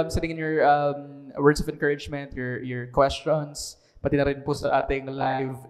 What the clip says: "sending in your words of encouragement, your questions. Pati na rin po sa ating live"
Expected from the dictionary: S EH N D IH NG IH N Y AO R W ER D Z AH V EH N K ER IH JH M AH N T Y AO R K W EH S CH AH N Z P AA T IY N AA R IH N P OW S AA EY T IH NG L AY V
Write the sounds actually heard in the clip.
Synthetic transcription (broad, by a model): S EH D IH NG IH N Y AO R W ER D S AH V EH N K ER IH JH M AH N T Y AO R K W EH S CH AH N S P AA T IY N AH R IH N P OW S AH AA T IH NG L AY V